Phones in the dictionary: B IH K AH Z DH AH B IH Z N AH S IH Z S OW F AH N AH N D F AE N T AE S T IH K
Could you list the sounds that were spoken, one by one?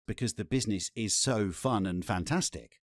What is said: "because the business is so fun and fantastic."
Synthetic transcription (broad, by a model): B IH K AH Z DH AH B IH Z N AH S IH Z S OW F AH N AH N F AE N T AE S T IH K